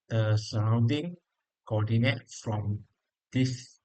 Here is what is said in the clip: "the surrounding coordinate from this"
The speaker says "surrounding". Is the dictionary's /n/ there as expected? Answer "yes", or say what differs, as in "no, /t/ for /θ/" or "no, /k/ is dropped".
yes